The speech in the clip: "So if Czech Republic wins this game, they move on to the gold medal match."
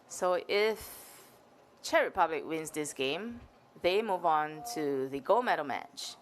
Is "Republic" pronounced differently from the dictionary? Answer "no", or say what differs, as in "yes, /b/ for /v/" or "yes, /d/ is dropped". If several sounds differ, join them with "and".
no